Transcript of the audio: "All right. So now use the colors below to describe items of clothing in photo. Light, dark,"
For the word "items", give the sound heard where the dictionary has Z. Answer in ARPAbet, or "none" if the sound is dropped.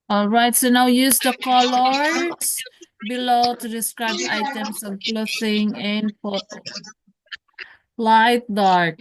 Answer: S